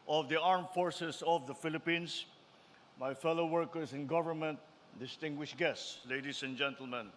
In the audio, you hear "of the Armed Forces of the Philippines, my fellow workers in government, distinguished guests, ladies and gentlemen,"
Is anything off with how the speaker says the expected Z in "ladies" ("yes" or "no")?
yes